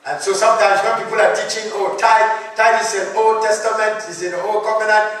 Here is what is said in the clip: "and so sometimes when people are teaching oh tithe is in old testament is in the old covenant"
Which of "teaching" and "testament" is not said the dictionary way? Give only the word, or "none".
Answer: none